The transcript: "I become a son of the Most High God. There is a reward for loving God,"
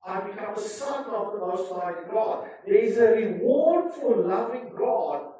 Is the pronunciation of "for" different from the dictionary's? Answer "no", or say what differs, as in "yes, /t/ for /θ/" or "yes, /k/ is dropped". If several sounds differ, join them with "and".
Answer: yes, /l/ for /ɹ/